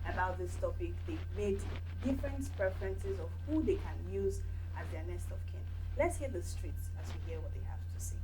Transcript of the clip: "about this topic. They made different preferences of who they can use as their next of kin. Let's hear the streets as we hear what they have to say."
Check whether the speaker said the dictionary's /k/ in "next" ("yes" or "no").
no